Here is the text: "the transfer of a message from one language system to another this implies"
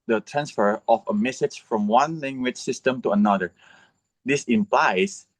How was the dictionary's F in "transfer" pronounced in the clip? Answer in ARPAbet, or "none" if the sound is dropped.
F